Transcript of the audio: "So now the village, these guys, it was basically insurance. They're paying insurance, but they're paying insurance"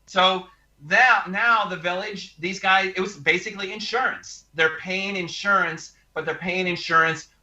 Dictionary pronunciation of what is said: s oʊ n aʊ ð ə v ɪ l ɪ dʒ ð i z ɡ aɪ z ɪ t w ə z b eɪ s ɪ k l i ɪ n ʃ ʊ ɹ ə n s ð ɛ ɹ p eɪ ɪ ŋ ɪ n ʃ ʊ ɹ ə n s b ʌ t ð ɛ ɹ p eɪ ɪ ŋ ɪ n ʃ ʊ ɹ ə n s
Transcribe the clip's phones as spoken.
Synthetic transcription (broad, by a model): s oʊ n aʊ ð ə v ɪ l ɪ dʒ ð i z ɡ aɪ z ɪ t w ə z b eɪ s ɪ k l i ɪ n ʃ ʊ ɹ ə n s ð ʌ ɹ p eɪ ɪ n ɪ n ʃ ʊ ɹ ə n s b ʌ t ð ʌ ɹ p eɪ ɪ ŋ ɪ n ʃ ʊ ɹ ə n s